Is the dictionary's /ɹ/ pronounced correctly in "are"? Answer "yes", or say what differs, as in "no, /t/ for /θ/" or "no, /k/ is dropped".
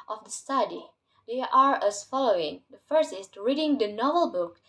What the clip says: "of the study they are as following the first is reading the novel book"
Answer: yes